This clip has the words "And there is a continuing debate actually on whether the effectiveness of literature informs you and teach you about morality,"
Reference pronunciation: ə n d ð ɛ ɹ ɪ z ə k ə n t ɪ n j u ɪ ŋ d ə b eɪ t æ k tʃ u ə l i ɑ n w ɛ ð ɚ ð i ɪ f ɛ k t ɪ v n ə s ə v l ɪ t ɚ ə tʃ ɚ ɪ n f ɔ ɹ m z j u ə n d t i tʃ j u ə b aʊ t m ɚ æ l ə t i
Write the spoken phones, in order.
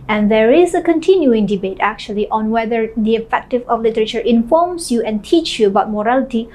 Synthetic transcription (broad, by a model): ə n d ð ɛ ɹ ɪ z ə k ə n t ɪ n j u ɪ ŋ d ə b eɪ t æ k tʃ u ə l i ɑ n w ɛ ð ɚ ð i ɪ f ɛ k t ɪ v ə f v l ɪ t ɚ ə tʃ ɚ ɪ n f ɔ ɹ m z j u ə n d t i tʃ j u ə b aʊ t m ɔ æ l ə t i